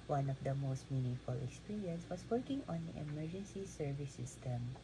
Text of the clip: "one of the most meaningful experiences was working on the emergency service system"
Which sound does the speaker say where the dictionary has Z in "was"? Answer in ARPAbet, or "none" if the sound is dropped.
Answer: S